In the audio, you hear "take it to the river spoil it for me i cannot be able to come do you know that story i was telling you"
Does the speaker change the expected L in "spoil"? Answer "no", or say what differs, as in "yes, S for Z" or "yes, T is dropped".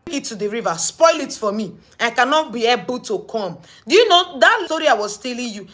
no